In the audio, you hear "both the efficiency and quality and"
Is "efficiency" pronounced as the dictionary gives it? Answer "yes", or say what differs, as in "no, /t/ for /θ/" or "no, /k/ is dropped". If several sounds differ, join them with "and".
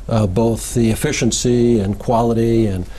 yes